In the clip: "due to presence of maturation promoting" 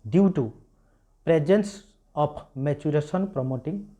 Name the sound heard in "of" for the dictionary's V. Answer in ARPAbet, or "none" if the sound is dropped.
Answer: P